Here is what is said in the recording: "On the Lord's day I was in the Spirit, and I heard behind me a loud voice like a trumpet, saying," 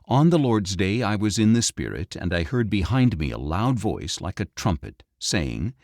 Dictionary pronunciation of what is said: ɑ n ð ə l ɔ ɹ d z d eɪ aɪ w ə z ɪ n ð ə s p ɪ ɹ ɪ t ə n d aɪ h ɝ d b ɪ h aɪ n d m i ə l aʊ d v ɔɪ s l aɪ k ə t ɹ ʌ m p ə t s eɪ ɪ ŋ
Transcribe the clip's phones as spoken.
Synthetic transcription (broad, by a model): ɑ n ð ə l ɔ ɹ d z d eɪ aɪ w ə z ɪ n ð ə s p ɪ ɹ ɪ t ə n d aɪ h ɝ d b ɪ h aɪ n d m i ə l aʊ d v ɔɪ s l aɪ k ə t ɹ ʌ m p ə t s eɪ ɪ ŋ